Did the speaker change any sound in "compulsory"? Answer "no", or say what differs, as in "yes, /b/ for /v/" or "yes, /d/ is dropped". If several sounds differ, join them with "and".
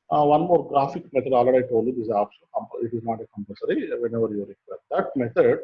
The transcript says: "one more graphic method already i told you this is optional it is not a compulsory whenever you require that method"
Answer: yes, /l/ is dropped